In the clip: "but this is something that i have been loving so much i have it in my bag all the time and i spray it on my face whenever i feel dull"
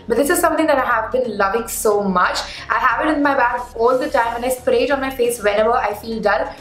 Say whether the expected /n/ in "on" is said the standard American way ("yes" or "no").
yes